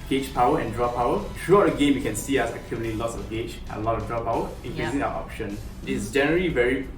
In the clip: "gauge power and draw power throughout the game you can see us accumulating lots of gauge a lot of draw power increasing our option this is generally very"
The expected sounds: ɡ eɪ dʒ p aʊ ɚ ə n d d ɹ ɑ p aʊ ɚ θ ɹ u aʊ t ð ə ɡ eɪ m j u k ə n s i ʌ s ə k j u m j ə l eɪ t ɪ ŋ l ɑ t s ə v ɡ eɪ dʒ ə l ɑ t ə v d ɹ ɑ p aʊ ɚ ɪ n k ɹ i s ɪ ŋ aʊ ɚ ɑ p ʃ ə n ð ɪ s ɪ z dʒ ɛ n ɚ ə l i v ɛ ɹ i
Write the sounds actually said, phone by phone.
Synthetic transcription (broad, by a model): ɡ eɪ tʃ p aʊ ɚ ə n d d ɹ ɑ p aʊ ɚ t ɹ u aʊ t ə ɡ eɪ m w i k ə n s i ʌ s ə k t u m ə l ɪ l ɑ t s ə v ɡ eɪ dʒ ə l ɑ t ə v d ɹ ɑ p aʊ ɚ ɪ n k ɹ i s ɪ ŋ aʊ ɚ ɑ p ʃ ə n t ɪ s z dʒ ɛ n ɚ ə l i v ɛ ɹ i